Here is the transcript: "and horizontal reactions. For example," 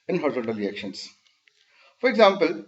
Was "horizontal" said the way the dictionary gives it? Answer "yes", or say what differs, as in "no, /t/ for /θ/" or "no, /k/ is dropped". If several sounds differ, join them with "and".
no, /n/ is dropped